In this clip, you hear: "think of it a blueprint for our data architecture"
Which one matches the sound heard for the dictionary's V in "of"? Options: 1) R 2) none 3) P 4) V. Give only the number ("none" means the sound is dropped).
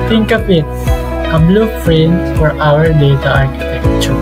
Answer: 3